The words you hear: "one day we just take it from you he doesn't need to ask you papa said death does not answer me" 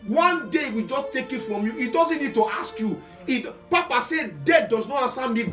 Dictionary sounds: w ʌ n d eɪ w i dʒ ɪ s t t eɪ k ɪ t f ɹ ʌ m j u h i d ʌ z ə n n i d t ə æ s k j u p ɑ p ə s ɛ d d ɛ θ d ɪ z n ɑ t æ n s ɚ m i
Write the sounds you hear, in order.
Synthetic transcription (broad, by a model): w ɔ n d eɪ w i dʒ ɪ s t t eɪ k ɪ t f ɹ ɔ m j u i d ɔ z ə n n i d t ə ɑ s k j u p ɑ p ə s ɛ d d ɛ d d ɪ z n ɑ t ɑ s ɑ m i